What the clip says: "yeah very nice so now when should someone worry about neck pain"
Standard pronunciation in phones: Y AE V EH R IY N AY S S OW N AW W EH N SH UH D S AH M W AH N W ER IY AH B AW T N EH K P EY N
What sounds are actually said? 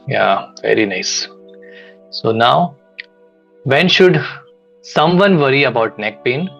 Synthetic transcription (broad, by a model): Y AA V EH R IY N AY S S OW N AW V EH N SH UH D S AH M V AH N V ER IY AH B AW T N EH K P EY N